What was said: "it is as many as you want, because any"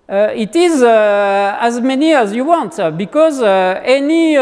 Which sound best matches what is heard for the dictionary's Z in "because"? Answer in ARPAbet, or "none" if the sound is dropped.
Z